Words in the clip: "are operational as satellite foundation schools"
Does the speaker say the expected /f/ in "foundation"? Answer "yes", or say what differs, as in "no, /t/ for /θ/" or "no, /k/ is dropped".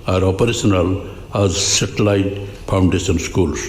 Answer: no, /p/ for /f/